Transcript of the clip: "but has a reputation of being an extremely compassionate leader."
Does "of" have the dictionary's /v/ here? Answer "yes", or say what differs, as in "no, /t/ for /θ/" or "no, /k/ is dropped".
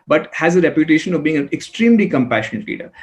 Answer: yes